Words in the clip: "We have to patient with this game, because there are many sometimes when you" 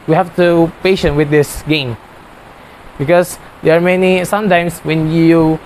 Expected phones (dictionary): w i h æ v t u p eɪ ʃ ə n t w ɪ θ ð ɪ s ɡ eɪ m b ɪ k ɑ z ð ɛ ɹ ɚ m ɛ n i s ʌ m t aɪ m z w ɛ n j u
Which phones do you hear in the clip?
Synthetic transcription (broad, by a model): w i h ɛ f t u p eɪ ʃ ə n w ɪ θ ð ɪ s ɡ eɪ m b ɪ k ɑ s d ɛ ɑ m ɛ n i s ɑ m t aɪ m s w ɛ n j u